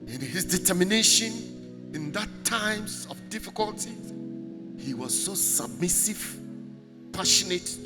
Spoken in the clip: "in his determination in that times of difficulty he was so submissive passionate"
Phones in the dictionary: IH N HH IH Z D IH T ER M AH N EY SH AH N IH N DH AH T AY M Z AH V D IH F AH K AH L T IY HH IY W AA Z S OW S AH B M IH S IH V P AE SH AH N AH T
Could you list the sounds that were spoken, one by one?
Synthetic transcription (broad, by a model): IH N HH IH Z D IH T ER M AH N EY SH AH N IH N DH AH T AY M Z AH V D IH F AH K AH L T IY HH IY W AA Z S OW S AH B M IH S IH V P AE SH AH N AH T